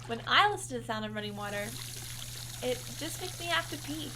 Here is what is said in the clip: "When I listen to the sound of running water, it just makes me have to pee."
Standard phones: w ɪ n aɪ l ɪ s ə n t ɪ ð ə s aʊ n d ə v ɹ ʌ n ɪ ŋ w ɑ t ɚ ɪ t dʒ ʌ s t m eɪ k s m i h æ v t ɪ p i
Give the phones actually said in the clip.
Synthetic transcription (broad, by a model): w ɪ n aɪ l ɪ s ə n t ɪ ð ə s aʊ n d ə v ɹ ʌ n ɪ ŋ w ɑ t ɚ ɪ t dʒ ʌ s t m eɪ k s m i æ f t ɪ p i